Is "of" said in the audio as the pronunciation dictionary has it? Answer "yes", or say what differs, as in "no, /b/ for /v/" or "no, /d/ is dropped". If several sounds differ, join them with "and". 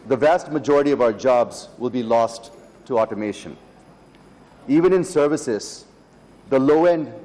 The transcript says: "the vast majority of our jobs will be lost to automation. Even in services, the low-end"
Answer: yes